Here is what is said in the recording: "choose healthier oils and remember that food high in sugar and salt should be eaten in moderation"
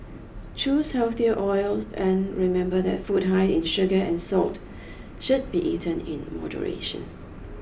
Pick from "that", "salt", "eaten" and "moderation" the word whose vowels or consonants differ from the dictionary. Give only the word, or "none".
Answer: none